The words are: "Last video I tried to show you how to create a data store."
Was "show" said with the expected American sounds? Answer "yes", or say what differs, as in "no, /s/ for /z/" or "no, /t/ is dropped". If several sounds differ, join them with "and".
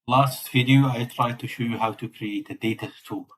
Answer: yes